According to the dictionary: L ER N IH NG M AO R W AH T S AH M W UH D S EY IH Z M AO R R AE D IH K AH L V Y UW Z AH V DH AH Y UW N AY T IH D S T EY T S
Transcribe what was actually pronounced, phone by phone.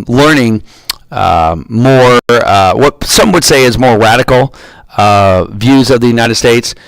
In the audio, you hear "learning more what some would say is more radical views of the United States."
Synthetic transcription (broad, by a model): L ER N IH NG M AO R W AH T S AH M W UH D S EY IH Z M AO R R AE D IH K L V Y UW Z AH V DH AH Y UW N AY T IH D S T EY T S